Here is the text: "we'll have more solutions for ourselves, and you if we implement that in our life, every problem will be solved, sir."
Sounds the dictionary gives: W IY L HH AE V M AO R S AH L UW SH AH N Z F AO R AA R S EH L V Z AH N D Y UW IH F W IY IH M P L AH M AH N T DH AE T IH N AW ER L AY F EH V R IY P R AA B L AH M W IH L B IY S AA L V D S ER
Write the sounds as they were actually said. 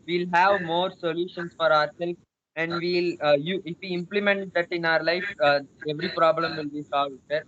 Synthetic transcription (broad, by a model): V IY L HH AE V M AO R S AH L UW SH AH N S F AO R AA R S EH L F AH N D Y UW IH F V IY IH M P L AH M AH N T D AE T IH N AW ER L AY F EH V R IY P R AA B L AH M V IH L B IY S AA L V D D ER